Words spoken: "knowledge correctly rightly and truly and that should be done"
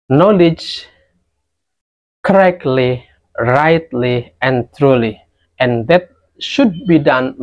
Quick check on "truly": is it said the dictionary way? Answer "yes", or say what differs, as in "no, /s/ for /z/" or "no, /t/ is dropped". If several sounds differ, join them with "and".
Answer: yes